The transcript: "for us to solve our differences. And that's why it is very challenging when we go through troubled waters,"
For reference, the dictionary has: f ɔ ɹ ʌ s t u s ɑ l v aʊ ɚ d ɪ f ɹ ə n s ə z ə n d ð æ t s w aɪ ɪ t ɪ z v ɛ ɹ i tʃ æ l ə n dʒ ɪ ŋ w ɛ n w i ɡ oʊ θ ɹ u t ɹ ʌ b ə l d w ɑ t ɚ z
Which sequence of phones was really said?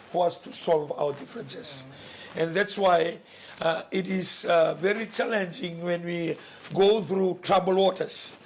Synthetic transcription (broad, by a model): f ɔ ɹ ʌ s t u s ɑ l v aʊ ɚ d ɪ f ɹ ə n s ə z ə n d ð æ t s w aɪ ɪ t ɪ z v ɛ ɹ i tʃ æ l ə n dʒ ɪ ŋ w ɛ n w i ɡ oʊ θ ɹ u t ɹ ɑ b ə l w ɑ t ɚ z